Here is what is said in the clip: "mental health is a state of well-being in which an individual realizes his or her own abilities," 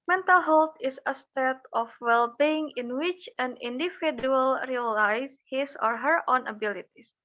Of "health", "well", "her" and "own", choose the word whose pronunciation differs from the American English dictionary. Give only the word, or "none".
health